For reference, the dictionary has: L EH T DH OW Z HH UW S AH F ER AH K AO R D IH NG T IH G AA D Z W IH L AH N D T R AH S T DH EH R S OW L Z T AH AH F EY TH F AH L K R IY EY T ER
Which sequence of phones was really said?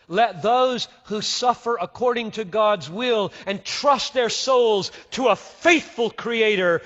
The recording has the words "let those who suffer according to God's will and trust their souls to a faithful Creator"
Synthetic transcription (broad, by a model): L EH T DH OW Z HH UW S AH F ER AH K AO R D IH NG T IH G AA D Z W IH L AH N T R AH S T DH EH R S OW L Z T AH AH F EY TH F AH L K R IY EY T ER